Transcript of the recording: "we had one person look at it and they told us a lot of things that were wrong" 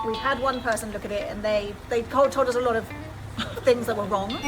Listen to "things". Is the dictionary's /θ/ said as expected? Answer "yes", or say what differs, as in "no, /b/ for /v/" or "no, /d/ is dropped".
yes